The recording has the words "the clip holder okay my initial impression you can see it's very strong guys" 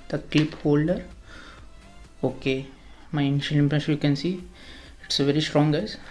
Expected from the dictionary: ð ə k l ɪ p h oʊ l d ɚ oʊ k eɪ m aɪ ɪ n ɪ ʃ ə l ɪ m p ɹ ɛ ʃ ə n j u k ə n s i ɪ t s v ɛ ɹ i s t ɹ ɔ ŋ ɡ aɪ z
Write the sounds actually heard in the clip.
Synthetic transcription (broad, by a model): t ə k l ɪ p h oʊ l d ɚ oʊ k eɪ m aɪ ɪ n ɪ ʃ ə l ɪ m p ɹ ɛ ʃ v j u k ə n s i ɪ t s v ɛ ɹ i s t ɹ ɔ ŋ ɡ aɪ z